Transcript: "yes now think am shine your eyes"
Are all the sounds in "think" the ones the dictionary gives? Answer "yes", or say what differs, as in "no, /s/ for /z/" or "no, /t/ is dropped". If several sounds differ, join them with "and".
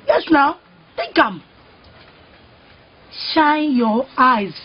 no, /ŋ/ is dropped